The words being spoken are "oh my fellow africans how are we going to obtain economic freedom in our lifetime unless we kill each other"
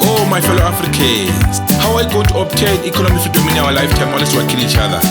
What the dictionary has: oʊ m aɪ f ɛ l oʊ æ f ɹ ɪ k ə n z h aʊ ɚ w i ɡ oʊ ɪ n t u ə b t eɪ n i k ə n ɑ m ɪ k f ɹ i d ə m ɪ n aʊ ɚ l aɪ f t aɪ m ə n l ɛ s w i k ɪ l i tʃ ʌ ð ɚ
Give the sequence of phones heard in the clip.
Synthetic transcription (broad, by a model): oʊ m aɪ f ɛ l oʊ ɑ f ɹ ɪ k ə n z h aʊ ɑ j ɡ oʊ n t u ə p t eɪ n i k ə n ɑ m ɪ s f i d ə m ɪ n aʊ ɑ l aɪ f t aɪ m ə l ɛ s w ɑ k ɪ n i tʃ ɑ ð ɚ